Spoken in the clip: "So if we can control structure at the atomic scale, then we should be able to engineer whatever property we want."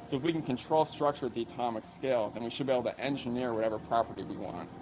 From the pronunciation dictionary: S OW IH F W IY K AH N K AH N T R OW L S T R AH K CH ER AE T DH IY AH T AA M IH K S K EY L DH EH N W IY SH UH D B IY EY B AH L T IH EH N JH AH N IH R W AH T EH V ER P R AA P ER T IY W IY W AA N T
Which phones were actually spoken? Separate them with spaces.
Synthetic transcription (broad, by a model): S OW IH F W IY K N K AH N T R OW L S T R AH K CH ER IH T DH IY AH T AA M IH K S K EY L DH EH N W IY SH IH D B IY EY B L T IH EH N JH AH N IH R W AH T EH V ER P R AA P ER T IY W IY W AA N T